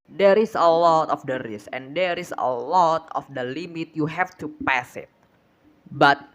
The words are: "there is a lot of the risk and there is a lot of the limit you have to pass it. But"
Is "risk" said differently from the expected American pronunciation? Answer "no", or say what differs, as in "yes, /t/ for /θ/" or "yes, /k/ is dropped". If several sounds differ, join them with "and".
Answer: yes, /k/ is dropped